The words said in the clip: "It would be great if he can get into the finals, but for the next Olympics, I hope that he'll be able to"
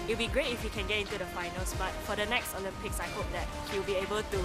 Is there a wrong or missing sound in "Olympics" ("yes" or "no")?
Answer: yes